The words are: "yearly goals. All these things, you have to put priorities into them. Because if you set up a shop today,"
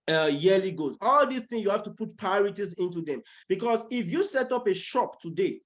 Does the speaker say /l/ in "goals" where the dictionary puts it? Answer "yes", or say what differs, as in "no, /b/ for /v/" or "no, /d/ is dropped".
no, /l/ is dropped